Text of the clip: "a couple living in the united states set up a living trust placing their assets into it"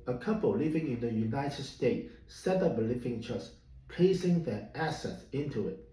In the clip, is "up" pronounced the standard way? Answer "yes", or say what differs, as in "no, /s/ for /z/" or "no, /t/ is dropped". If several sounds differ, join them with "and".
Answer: no, /b/ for /p/